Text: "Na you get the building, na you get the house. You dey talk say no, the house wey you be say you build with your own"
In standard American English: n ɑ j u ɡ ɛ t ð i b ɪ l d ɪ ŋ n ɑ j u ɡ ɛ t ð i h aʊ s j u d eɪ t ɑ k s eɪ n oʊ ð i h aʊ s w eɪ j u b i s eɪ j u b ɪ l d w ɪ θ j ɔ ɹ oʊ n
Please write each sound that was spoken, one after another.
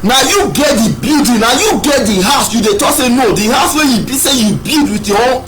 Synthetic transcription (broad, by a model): n ɑ j u ɡ ɛ t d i b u d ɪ n ɑ j u ɡ ɛ t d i h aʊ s j u d eɪ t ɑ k s eɪ n oʊ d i h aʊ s w eɪ j u b i s eɪ j u b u d w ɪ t j ɔ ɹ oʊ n